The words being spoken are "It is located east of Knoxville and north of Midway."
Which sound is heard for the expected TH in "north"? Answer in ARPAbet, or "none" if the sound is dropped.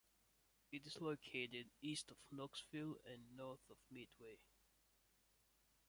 TH